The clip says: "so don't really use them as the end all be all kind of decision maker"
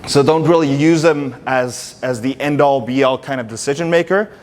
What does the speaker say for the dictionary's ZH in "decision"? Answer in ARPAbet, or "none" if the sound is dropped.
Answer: ZH